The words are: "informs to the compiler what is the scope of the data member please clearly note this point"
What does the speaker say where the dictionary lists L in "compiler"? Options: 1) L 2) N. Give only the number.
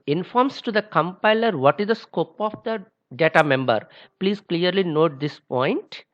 1